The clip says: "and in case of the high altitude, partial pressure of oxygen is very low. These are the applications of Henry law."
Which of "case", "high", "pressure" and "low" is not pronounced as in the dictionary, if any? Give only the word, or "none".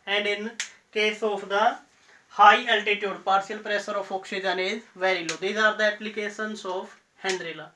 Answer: pressure